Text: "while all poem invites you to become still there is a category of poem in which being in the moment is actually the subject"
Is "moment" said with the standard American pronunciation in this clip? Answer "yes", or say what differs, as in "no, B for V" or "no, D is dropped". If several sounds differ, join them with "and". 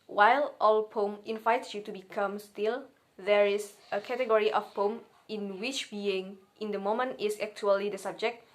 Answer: yes